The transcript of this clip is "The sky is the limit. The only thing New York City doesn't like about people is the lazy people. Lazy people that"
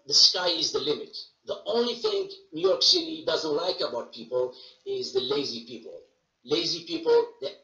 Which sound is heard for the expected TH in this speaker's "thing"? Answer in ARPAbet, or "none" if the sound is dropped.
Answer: TH